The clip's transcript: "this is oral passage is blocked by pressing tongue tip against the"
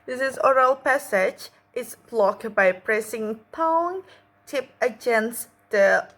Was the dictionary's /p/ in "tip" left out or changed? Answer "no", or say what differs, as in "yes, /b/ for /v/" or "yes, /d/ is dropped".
no